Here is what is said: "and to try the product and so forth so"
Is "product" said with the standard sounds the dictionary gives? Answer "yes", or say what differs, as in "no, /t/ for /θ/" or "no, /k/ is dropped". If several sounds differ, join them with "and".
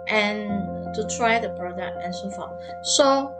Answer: no, /b/ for /p/